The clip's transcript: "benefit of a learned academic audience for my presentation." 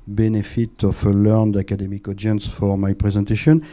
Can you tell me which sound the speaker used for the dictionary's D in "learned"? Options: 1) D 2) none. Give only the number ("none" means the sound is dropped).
1